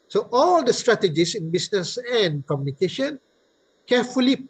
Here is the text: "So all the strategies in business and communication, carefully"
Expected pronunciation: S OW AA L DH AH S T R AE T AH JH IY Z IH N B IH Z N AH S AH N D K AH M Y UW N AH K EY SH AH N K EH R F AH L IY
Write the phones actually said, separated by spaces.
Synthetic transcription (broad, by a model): S OW AA L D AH S T R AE T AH JH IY S IH N B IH S N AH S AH N K AH M Y UW N AH K EY SH AH N K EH F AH L IY